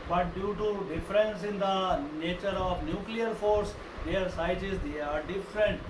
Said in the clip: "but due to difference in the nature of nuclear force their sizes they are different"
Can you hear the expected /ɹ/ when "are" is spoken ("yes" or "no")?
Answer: yes